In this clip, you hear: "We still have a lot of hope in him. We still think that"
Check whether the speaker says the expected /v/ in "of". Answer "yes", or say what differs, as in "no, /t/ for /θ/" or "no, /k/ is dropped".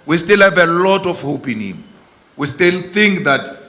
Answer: no, /f/ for /v/